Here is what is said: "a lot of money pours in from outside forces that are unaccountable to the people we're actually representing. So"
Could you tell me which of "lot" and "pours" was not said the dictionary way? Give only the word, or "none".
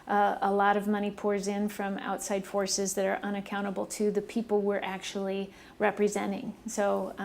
none